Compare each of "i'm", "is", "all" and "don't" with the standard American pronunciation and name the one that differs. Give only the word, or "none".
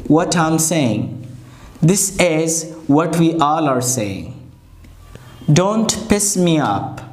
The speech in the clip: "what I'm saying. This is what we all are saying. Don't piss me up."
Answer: none